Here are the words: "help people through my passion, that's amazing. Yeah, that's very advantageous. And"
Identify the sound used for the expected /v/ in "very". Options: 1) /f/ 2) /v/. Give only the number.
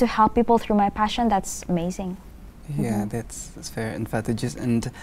1